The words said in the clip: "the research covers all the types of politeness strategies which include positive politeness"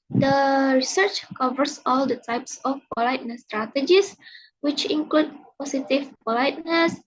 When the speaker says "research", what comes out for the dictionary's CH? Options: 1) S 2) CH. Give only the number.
2